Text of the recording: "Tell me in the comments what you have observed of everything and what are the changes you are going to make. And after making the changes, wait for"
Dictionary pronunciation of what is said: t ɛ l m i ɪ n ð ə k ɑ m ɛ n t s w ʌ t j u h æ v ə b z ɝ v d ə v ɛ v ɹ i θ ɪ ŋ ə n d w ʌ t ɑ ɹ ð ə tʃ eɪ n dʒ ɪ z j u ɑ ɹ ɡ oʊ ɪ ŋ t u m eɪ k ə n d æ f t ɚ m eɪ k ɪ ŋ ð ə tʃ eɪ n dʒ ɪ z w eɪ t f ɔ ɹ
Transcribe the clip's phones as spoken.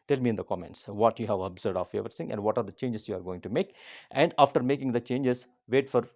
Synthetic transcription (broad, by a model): t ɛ l m i ɪ n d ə k ɑ m ɛ n t s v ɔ t j u h æ v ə b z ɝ d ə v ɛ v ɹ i s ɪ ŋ ə n d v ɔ t ɑ ɹ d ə tʃ eɪ n dʒ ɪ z j u ɑ ɹ ɡ oʊ ɪ ŋ t u m eɪ k ə n d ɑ f t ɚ m eɪ k ɪ ŋ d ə tʃ eɪ n dʒ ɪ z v eɪ t f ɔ ɹ